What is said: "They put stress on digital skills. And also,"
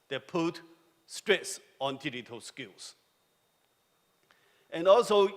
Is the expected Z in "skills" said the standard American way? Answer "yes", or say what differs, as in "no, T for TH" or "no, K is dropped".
no, S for Z